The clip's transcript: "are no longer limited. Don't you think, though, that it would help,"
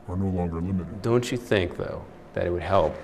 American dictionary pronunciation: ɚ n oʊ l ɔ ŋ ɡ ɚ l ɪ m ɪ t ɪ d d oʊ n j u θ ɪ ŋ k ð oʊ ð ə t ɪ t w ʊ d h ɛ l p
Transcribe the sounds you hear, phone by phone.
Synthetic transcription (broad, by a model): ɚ n oʊ l ɔ ŋ ɡ ɚ l ɪ m ɪ t ɪ d d oʊ n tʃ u θ ɪ ŋ k ð oʊ ð ə t ɪ t w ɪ d h ɛ l p